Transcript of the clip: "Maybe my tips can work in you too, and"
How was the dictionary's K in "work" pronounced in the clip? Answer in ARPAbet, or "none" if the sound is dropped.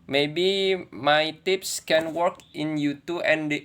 K